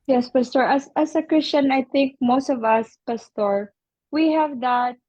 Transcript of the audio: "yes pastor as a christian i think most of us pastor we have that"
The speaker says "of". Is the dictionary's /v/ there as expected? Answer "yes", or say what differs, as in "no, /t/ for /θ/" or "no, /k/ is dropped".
yes